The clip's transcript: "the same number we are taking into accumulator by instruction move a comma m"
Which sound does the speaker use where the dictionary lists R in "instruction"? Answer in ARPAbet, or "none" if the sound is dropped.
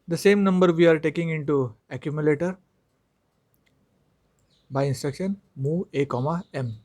R